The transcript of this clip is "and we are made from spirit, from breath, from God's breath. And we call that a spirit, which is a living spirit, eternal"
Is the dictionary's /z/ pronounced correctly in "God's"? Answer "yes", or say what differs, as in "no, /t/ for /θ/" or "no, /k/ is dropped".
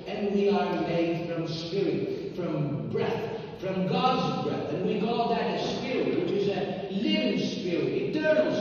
yes